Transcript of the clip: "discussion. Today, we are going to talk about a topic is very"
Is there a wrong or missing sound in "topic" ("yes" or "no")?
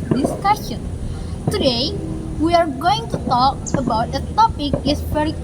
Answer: no